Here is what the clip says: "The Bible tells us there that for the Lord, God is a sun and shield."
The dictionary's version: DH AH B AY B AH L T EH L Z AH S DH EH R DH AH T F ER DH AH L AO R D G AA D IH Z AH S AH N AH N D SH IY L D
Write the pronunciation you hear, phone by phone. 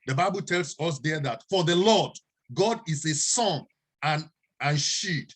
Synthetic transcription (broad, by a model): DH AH B AY B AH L T EH L S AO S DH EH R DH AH T F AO DH AH L AO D G AA D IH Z AH S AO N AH N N SH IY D